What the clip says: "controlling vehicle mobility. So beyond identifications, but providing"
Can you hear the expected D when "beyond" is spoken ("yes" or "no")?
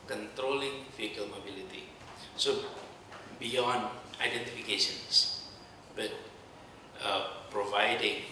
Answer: no